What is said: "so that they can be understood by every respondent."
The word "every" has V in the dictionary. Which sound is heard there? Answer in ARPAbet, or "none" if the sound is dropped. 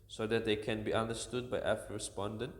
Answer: F